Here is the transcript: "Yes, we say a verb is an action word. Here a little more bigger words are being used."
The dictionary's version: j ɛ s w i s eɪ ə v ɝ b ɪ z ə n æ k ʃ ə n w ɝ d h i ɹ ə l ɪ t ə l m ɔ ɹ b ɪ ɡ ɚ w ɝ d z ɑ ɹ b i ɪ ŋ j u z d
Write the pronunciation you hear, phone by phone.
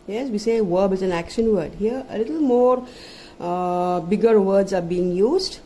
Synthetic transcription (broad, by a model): j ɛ s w i s eɪ v ɝ b ɪ z ə n æ k ʃ ə n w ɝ d h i ɹ ə l ɪ t ə l m ɔ ɹ b ɪ ɡ ɚ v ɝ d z ɑ ɹ b i ɪ ŋ j u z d